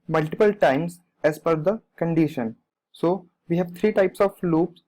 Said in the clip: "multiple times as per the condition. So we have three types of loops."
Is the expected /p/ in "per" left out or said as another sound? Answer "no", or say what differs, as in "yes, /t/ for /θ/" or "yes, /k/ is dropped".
yes, /f/ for /p/